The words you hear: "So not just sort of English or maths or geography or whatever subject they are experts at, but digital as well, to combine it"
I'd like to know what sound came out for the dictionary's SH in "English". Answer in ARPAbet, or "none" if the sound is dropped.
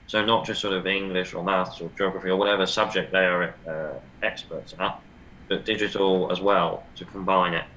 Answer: SH